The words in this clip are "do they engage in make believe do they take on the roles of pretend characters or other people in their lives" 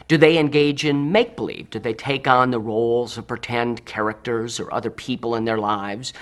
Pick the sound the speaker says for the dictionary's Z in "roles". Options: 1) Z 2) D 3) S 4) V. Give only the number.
1